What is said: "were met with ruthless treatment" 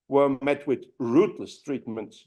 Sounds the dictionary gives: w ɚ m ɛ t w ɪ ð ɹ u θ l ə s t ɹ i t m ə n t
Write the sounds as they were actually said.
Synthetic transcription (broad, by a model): w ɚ m ɛ t w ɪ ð ɹ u t l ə s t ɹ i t m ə n t